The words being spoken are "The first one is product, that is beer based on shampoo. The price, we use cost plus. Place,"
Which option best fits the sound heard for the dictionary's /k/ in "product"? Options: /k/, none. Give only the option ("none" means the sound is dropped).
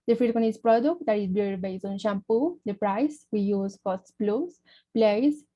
/k/